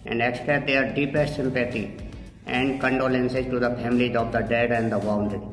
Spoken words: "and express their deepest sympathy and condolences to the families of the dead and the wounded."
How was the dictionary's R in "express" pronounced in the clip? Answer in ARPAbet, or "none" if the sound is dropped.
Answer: none